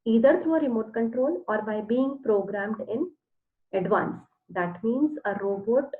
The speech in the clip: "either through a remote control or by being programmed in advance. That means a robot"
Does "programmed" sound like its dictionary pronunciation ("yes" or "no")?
yes